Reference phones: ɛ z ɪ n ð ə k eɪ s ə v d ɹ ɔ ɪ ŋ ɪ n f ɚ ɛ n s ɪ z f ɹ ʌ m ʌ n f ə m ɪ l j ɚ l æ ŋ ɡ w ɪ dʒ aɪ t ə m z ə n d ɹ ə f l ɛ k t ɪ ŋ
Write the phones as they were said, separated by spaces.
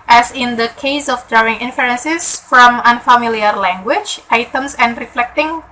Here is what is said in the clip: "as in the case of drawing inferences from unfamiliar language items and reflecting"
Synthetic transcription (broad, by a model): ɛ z ɪ n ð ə k eɪ s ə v d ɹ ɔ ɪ ŋ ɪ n f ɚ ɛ n s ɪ s f ɹ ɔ m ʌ n f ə m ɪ l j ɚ l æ ŋ ɡ w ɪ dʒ aɪ t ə m s ə n d ɹ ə f l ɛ k t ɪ ŋ